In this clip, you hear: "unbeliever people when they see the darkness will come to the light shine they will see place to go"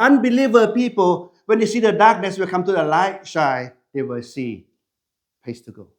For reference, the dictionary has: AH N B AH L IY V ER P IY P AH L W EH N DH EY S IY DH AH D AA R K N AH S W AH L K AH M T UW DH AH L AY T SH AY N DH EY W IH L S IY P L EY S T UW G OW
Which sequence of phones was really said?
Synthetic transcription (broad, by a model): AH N B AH L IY V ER P IY P AH L W EH N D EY S IY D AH D AA K N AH S W AH L K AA M T UW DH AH L AY T SH AY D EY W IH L S IY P EY S T UW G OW